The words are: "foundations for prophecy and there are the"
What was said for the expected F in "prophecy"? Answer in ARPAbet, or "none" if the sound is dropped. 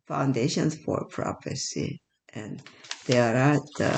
P